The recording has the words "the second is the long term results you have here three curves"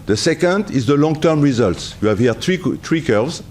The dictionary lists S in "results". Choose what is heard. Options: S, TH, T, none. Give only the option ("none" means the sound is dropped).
S